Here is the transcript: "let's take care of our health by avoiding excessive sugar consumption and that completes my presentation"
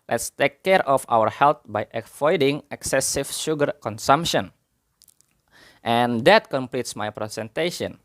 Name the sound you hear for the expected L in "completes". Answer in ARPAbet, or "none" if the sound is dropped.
L